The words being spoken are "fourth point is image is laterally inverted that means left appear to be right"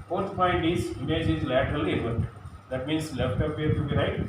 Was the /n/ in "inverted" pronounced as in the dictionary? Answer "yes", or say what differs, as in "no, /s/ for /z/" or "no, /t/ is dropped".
no, /n/ is dropped